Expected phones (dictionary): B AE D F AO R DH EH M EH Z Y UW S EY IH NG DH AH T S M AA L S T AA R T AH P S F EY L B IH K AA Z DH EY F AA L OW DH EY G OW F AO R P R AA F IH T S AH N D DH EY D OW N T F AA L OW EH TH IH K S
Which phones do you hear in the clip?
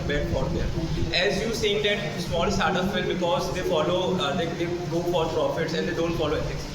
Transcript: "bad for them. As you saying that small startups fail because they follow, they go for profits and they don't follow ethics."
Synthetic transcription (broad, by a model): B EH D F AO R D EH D EH Z Y UW S EY IH NG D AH T S M AA L S T AA R T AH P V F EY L B IH K AA Z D EY F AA L OW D EY G OW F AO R P R AA F IH T S AH N D EY D OW N T F AA L OW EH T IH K S